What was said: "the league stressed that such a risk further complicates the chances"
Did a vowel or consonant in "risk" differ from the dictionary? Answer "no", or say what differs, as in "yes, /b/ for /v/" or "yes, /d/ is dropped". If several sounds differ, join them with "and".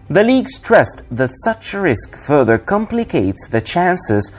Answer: no